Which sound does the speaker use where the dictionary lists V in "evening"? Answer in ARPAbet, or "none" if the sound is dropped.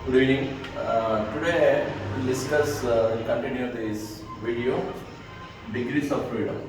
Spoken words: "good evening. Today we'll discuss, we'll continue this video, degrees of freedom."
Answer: none